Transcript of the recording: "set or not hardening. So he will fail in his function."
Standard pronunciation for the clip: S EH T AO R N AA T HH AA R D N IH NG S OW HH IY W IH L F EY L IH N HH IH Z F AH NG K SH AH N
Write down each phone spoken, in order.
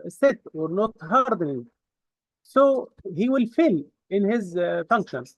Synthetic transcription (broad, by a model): S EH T AO R N AA T HH AA R D N IH NG S OW HH IY W IH L F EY L IH N HH IH Z F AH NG K SH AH N